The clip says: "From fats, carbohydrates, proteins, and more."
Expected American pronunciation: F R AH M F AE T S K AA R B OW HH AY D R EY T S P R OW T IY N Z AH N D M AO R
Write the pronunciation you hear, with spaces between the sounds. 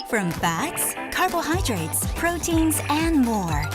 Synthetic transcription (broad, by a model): F R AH M F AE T S K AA R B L HH AY D R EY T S P R OW T IY N Z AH N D M AO R